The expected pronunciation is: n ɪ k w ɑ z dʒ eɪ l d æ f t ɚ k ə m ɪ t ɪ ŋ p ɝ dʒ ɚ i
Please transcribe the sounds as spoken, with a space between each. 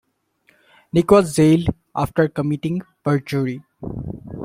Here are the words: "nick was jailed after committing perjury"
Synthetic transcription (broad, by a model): n ɪ k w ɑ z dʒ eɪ l ɑ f t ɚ k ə m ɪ t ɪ ŋ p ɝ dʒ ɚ i